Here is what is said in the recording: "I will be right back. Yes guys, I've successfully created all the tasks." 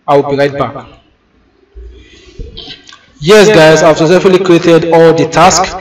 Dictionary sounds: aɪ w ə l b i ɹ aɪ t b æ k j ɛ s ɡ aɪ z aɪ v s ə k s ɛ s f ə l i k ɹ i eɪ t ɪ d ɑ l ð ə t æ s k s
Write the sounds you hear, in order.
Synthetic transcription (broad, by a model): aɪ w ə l b i ɹ aɪ t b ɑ k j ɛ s ɡ aɪ z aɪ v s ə s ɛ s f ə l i k ɹ i eɪ t ɪ d ɑ l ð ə t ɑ s k